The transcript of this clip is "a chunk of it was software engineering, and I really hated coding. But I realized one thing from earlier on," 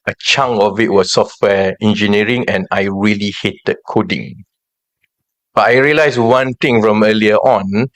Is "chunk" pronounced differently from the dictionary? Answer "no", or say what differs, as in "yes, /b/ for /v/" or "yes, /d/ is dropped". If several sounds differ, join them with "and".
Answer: yes, /k/ is dropped